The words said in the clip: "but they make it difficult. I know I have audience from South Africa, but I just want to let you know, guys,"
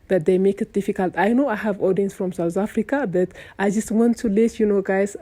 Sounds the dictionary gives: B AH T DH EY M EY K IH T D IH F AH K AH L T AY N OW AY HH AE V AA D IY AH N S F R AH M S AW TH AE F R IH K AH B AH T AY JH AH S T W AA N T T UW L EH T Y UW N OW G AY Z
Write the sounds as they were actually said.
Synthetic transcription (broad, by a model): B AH T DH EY M EY K IH T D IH F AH K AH L T AY N OW AY HH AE V AA D IY AH N S F R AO M S AW T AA F R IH K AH B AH T AY JH AH S T W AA N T T UW L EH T Y UW N OW G AY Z